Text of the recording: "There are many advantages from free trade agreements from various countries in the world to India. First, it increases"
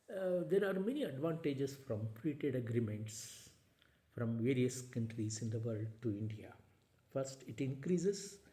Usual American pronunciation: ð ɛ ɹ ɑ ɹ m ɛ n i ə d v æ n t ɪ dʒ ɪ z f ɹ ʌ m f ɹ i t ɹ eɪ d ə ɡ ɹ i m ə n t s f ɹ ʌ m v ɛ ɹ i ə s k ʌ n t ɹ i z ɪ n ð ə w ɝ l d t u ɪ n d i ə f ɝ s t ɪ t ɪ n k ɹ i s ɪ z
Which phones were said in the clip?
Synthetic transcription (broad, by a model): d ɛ ɹ ɑ ɹ m ɛ n i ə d v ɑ n t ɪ dʒ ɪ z f ɹ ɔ m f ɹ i t eɪ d ə ɡ ɹ i m ə n t s f ɹ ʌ m v ɛ ɹ i ə s k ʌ n t ɹ i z ɪ n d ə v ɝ l d t u ɪ n d i ə f ɝ s t ɪ t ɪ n k ɹ i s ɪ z